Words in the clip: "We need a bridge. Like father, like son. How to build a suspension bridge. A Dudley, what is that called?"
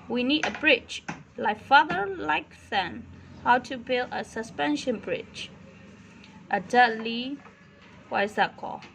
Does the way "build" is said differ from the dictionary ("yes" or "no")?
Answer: no